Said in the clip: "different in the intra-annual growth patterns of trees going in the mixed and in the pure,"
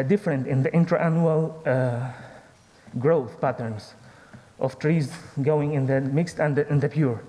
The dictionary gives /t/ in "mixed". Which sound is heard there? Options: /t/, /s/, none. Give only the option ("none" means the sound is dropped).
/t/